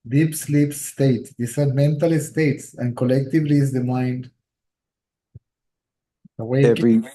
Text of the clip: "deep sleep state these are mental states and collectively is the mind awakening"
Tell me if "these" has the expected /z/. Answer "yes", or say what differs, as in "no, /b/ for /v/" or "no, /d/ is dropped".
no, /s/ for /z/